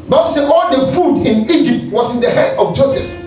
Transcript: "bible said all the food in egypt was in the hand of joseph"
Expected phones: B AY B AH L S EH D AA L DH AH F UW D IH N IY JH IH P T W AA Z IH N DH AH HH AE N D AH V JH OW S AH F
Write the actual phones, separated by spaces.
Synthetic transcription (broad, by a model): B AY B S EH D AA L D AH F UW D IH N IY JH IH P T W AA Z IH N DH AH HH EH D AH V JH OW S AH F